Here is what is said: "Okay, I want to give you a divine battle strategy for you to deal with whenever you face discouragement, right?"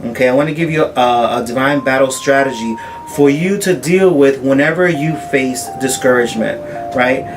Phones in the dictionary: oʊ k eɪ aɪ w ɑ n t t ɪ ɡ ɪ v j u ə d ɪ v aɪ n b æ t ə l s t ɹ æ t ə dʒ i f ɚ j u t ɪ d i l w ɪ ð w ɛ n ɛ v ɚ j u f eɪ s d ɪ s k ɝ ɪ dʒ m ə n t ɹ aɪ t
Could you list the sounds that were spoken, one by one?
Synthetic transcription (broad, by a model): oʊ k eɪ aɪ w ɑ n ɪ ɡ ɪ v j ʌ ə d ɪ v aɪ n b æ t l s t ɹ æ t ə dʒ i f ɚ j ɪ t ɪ d i l w ɪ ð w ɛ n ɛ v ɚ j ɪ f eɪ s d ɪ s k ɝ ɪ dʒ m ə n t ɹ aɪ t